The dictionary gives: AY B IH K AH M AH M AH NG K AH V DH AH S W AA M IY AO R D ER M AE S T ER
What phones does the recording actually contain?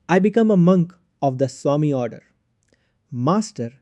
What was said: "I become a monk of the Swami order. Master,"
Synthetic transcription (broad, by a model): AY B IH K AH M AH M AH NG K AH V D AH S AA M IY AO R D ER M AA S T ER